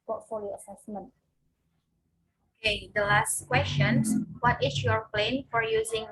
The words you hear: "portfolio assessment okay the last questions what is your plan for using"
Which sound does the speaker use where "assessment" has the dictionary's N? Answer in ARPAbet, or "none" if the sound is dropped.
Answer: N